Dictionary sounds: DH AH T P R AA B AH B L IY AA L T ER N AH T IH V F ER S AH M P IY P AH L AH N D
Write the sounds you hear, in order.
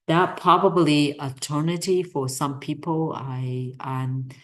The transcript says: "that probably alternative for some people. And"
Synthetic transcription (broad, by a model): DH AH T P R AA B AH B L IY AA T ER N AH T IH F ER S AH M P IY P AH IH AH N